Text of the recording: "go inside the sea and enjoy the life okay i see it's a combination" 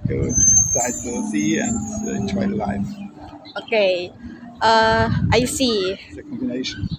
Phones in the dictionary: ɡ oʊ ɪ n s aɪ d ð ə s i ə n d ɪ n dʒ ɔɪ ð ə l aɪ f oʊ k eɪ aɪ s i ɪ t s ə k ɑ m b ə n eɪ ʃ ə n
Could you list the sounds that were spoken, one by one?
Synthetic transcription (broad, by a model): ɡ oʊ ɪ s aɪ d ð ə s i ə n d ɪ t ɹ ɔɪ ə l aɪ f oʊ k eɪ aɪ s i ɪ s ə k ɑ m b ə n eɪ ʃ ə n